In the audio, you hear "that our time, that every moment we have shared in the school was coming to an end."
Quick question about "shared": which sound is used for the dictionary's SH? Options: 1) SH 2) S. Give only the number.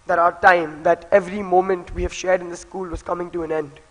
1